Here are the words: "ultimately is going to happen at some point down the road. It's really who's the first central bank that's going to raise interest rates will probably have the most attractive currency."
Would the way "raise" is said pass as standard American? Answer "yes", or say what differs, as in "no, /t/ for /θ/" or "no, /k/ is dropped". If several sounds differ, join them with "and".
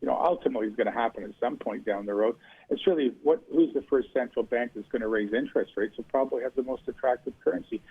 yes